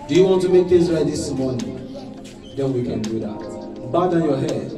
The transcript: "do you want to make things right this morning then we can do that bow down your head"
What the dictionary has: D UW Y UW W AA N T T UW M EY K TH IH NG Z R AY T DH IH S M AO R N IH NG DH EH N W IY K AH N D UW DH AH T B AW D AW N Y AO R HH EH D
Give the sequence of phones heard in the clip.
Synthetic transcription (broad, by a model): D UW Y UW W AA N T T UW M EY K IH Z R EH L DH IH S M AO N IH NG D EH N W IY K AH N D UW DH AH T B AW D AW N Y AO HH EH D